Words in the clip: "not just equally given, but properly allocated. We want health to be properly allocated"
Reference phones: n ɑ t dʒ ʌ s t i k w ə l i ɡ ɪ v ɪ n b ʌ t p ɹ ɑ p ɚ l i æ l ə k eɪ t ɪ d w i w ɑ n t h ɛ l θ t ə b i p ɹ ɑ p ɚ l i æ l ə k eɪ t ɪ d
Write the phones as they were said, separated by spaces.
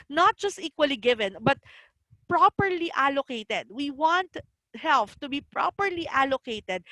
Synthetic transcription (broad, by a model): n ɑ t dʒ ʌ s t i k w ə l i ɡ ɪ v ɪ n b ʌ t p ɹ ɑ p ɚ l i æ l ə k eɪ t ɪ d w i w ɑ n t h ɛ l f t ə b i p ɹ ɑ p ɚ l i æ l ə k eɪ t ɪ d